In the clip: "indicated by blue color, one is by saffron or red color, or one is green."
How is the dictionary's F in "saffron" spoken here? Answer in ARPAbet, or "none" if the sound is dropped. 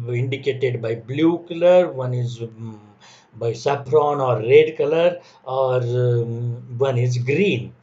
P